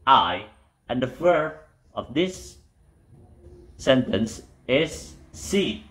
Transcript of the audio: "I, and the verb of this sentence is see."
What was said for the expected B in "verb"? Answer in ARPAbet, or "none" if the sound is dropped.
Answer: none